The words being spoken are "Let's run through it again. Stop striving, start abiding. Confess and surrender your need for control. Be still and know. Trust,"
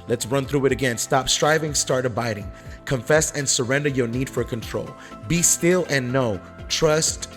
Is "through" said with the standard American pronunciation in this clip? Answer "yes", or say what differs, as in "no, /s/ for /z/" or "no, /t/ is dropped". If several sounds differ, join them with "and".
yes